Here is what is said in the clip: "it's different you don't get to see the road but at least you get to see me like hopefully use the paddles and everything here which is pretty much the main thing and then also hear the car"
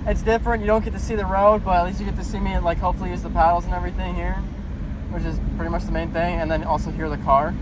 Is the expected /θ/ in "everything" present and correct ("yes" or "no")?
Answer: yes